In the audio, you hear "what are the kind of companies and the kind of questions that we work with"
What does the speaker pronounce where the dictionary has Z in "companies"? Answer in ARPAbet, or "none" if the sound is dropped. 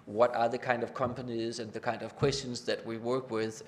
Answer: Z